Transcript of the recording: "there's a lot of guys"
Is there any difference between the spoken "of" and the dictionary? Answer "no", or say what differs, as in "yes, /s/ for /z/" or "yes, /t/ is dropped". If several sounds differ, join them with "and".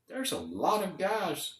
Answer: no